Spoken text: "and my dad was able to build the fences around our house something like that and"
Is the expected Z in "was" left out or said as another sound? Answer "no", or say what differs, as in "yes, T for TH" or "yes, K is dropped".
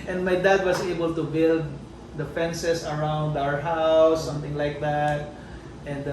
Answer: yes, S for Z